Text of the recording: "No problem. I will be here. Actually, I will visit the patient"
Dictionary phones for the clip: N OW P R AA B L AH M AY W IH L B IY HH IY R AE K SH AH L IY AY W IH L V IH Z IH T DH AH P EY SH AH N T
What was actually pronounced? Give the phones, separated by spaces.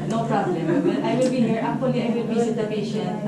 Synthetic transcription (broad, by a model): N OW P R AA B L AH M AY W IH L B IY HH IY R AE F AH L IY AY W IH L B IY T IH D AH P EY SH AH N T